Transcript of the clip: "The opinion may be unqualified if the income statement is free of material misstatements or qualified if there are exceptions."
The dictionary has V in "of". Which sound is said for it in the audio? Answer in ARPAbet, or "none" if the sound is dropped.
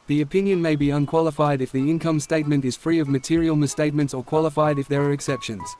V